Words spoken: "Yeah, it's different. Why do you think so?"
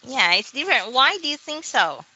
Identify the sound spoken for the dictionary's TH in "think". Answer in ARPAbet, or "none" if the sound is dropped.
TH